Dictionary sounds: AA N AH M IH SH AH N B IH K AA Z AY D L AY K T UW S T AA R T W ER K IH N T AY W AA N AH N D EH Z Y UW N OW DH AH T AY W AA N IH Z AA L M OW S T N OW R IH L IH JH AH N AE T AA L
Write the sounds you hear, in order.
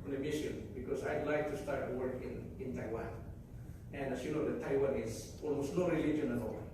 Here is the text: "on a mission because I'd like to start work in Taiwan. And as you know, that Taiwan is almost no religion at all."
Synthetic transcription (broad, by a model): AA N AH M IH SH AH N B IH K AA S AY D L AY K T UW S T AA R T W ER K IH N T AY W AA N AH N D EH S Y UW N OW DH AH T AY W AA N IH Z AA L M OW S T N OW R IH L IH JH AH N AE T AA L